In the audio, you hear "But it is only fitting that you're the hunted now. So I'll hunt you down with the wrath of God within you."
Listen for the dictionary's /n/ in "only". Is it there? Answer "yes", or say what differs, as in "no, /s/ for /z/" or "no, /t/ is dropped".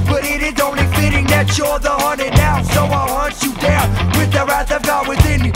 yes